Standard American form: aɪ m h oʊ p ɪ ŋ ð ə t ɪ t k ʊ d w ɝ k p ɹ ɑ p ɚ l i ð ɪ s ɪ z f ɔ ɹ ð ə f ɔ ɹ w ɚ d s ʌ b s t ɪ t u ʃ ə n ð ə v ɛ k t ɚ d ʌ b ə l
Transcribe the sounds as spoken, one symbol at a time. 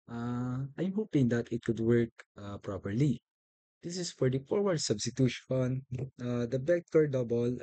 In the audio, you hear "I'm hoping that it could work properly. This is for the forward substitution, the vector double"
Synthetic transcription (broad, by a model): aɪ m h oʊ p ɪ ŋ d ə t ɪ t k ʊ d w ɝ k p ɹ ɑ p ɚ l i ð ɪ s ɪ s f ɔ ɹ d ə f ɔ ɹ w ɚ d s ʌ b s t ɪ t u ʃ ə n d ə b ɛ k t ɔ d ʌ b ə l